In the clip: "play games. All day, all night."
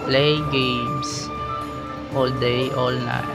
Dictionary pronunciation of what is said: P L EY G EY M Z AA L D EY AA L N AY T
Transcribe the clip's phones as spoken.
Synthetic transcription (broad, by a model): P L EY G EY M S AA L D EY AA L N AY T